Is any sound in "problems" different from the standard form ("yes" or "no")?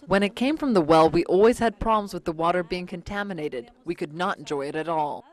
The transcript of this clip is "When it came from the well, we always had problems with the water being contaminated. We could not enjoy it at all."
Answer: no